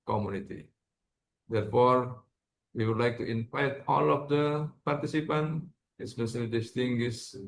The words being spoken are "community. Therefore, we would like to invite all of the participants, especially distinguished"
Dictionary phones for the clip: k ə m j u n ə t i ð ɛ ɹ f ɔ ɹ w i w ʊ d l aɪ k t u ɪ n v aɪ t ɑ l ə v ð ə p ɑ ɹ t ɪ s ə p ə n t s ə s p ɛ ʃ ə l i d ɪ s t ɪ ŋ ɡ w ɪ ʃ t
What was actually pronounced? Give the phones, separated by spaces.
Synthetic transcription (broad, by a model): k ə m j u n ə t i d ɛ ɹ f ɔ ɹ w i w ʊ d l aɪ k t u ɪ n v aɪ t ɑ l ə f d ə p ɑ ɹ t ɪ s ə p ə n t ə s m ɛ s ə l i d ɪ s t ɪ ŋ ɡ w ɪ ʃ